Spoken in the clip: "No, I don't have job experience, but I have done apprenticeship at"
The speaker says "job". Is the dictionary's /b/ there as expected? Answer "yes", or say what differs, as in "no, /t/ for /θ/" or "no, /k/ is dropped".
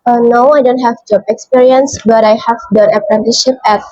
no, /b/ is dropped